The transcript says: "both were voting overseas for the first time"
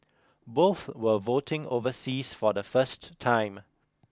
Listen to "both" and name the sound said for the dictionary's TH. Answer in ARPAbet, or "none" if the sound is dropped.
TH